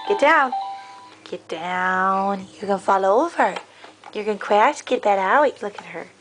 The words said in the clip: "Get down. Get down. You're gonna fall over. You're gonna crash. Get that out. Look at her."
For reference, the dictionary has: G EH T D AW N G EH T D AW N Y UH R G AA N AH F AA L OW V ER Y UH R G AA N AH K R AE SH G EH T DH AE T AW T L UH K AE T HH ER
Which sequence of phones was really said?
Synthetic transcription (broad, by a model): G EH T D AW N G EH T D AW N Y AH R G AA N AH F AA L OW V ER Y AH R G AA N K W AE S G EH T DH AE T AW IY L UH K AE T HH ER